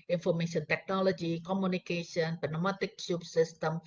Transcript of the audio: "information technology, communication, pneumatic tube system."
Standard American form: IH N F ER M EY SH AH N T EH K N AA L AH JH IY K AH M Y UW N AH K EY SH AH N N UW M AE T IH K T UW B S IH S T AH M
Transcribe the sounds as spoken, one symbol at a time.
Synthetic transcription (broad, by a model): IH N F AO M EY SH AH N T EH K N AA L AH JH IY K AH M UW N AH K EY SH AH N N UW M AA T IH K S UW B S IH S T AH M